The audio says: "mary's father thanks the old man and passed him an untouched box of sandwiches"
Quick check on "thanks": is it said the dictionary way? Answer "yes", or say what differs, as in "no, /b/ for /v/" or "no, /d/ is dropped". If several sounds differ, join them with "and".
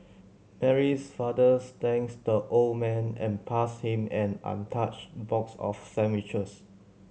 no, /s/ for /θ/